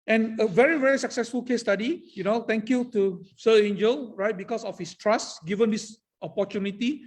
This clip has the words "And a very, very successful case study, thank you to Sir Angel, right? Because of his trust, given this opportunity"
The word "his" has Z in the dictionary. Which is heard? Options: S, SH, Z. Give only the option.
S